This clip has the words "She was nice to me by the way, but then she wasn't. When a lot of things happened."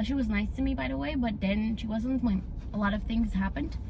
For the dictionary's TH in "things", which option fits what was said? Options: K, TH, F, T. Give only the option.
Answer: TH